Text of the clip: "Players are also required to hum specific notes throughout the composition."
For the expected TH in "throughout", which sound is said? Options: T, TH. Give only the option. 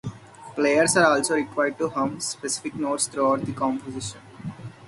T